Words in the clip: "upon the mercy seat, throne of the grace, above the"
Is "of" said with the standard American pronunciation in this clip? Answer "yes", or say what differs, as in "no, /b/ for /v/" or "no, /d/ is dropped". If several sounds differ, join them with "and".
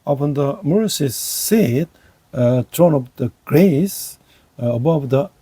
no, /p/ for /v/